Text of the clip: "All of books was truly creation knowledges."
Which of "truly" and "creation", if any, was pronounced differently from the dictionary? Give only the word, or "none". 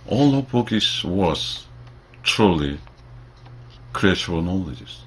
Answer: creation